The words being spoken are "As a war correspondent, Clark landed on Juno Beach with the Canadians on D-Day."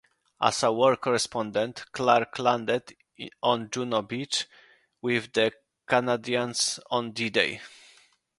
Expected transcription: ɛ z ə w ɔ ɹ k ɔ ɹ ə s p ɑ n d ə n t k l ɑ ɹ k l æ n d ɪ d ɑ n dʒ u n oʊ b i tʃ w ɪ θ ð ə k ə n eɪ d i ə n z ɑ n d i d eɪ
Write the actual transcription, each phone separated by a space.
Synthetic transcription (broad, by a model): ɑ s ə w ɔ ɹ k ɔ ɹ ə s p ɑ n d ə n t k l ɑ ɹ k l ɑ n d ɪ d ɑ n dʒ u n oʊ b i tʃ w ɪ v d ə k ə n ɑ d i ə n s ɑ n d i d eɪ